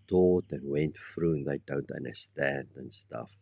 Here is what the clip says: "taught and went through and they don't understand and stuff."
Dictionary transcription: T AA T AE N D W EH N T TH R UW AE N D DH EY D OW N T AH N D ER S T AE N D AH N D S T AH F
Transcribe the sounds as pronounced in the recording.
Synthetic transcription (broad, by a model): T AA T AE N W EH N T F R UW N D DH EY D OW N T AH N D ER S T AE N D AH N S T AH F